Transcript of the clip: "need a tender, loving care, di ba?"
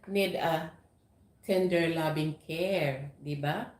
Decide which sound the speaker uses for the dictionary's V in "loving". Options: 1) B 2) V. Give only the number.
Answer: 1